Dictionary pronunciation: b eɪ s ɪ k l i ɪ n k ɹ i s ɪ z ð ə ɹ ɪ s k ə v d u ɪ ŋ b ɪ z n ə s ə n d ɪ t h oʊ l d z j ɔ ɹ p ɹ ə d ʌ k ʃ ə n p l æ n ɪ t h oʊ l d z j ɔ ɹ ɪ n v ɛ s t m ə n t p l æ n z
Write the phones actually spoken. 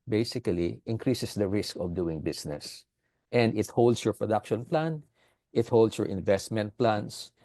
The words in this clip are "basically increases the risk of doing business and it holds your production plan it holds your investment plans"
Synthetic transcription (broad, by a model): b eɪ s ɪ k l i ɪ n k ɹ i s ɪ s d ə ɹ ɪ s k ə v d u ɪ ŋ b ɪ s n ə s ə n d ɪ t h oʊ l d s j ɔ ɹ p ɹ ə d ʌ k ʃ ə n p l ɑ n ɪ t h oʊ l d s j ɔ ɹ ɪ n v ɛ s t m ə n t p l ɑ n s